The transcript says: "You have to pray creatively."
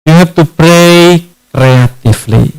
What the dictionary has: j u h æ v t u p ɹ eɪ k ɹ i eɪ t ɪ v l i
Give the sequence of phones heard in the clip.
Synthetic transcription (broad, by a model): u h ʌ p t u p ɹ eɪ k ɹ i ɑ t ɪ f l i